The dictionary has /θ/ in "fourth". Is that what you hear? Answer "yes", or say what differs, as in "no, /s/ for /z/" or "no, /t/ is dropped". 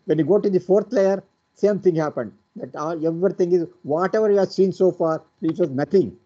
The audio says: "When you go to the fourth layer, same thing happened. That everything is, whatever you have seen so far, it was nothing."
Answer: no, /t/ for /θ/